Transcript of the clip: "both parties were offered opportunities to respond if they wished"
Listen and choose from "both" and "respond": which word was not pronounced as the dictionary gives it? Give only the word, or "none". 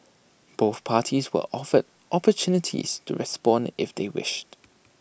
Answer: none